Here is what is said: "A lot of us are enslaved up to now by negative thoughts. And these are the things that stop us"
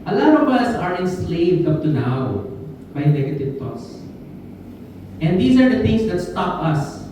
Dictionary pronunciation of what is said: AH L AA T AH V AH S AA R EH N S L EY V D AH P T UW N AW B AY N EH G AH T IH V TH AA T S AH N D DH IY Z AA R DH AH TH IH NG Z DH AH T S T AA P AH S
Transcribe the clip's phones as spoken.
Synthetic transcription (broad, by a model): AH L AA T AH V AH S AA R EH N S L EY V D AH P T UW N AW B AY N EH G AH T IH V T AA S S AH N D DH IY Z AA R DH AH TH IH NG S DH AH T S T AA P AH S